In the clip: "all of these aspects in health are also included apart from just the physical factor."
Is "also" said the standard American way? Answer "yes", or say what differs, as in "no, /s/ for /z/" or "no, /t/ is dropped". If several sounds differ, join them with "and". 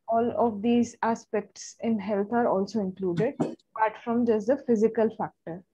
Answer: yes